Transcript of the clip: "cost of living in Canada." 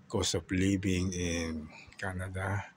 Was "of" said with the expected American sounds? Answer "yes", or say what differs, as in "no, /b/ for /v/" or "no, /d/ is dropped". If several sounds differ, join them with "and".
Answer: no, /p/ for /v/